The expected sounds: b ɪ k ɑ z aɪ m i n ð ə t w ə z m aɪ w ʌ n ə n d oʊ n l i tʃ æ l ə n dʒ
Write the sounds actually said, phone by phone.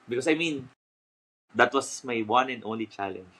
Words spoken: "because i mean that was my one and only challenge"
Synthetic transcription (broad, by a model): b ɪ k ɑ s aɪ m i n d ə t w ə s m aɪ w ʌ n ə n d oʊ n l i tʃ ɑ l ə n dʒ